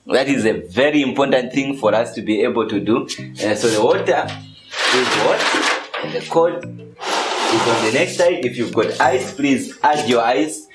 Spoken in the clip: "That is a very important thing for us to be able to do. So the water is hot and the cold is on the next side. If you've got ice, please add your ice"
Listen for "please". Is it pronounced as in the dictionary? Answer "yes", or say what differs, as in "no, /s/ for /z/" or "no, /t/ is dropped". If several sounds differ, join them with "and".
yes